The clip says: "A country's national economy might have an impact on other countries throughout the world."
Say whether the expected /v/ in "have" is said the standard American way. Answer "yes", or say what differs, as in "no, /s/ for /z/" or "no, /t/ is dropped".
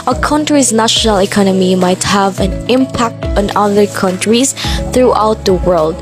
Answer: yes